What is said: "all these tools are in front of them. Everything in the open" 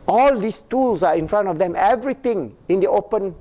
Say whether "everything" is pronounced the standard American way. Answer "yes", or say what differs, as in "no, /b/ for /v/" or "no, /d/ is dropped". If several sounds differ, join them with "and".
no, /t/ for /θ/